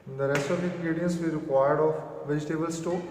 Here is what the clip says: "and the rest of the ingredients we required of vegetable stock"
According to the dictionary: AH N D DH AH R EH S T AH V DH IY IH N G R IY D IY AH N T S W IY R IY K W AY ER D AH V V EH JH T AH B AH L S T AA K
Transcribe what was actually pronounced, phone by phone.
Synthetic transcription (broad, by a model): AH N D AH R EH S T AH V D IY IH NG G R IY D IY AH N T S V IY R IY K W AY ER D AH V V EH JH T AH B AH L S T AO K